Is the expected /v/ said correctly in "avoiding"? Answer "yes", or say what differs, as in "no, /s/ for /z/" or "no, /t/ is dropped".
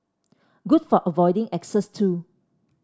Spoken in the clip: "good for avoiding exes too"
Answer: yes